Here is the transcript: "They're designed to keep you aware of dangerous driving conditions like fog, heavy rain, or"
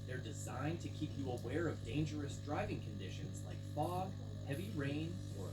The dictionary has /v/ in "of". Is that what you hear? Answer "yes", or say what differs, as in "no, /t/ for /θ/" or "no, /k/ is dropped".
yes